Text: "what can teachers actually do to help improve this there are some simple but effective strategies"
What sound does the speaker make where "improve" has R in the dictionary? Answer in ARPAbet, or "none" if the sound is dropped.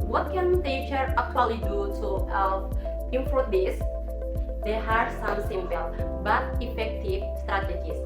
none